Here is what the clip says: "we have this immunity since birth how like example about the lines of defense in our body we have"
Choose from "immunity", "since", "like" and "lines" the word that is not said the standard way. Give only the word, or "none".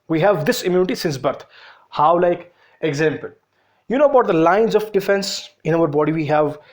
none